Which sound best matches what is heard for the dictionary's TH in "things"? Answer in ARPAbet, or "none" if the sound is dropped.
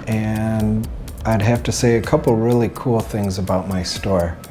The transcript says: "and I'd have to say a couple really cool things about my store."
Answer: TH